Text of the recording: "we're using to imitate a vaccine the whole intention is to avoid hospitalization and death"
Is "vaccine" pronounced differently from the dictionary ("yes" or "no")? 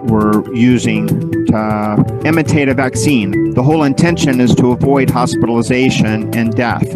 no